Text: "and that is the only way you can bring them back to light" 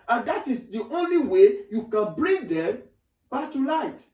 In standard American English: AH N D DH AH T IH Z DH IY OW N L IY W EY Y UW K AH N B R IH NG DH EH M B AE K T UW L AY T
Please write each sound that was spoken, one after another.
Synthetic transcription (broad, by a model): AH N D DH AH T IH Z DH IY OW N L IY W EY Y UW K AH N B R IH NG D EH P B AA T UW L AY T